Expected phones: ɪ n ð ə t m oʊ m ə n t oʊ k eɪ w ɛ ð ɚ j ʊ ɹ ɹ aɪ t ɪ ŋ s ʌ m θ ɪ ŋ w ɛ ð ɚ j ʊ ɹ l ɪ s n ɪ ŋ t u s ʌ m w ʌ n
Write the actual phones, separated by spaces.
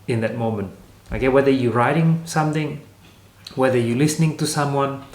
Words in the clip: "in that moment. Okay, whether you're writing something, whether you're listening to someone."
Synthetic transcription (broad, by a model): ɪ n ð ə t m oʊ m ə n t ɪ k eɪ w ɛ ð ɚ j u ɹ ɹ aɪ t ɪ ŋ s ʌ m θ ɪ ŋ w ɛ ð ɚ j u l ɪ s n ɪ ŋ t u s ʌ m w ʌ n